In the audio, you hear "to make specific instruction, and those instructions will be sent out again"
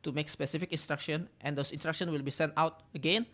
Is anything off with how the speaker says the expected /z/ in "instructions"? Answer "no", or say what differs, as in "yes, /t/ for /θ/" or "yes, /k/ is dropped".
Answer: yes, /z/ is dropped